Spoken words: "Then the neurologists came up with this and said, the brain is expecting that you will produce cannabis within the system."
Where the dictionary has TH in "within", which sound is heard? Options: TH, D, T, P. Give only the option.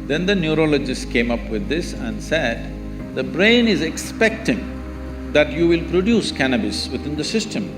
T